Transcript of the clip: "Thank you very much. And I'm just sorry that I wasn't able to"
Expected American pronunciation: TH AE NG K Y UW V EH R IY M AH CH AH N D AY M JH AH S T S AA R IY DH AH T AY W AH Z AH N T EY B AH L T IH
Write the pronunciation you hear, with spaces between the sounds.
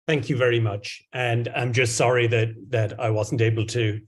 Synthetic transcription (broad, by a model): TH AE NG K Y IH V EH R IY M AH CH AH N AY M JH AH S T S AA R IY DH AH T AY W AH Z N T EY B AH L T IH